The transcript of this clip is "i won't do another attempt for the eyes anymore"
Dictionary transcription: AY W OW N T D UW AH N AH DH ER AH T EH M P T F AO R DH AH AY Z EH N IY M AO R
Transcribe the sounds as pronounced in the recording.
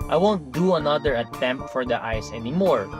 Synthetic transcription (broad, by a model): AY W OW N T D UW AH N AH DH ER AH T EH M P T F AO R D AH AY S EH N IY M AO R